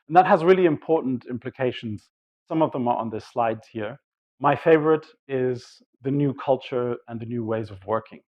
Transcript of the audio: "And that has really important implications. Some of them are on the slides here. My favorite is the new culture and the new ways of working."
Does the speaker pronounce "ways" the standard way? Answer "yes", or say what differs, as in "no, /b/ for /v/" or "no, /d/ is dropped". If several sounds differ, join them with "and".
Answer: yes